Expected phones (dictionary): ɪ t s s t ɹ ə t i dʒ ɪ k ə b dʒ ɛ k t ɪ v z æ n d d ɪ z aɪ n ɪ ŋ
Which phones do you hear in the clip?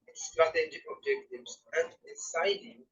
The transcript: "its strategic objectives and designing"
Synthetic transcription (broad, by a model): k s s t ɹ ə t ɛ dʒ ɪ ə b dʒ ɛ k t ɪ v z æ n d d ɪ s aɪ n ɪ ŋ